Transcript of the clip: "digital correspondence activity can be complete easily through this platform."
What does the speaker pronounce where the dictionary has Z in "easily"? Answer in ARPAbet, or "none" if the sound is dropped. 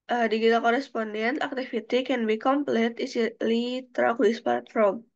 S